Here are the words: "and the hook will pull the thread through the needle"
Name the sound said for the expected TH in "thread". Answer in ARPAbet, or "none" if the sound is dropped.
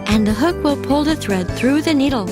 TH